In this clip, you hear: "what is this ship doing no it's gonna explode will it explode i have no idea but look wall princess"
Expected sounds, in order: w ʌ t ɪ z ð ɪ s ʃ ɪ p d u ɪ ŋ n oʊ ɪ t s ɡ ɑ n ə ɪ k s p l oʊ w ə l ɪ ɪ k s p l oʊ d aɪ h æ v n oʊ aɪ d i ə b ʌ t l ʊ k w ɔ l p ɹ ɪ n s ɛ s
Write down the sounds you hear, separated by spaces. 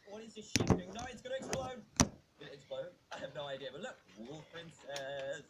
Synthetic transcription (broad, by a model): w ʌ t ɪ z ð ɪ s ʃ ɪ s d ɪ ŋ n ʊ ɪ t s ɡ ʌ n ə ɪ k s p l oʊ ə n ɪ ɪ k s p l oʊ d aɪ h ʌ v n oʊ aɪ d i ə b ʌ t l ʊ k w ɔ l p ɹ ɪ n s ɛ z